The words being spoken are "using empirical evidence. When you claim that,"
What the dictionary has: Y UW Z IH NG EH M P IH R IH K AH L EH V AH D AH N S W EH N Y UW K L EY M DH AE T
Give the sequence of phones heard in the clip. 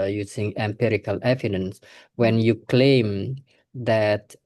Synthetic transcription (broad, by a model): Y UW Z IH NG EH M P IH R IH K AH L EH V AH D AH N S W EH N Y UW K L EY M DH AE T